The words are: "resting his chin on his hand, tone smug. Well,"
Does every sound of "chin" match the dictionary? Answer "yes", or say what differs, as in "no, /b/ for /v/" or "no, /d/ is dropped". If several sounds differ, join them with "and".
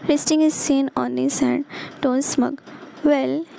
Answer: no, /s/ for /tʃ/